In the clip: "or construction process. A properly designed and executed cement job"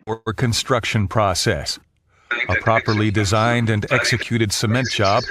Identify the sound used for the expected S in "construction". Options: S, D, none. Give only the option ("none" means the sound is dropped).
S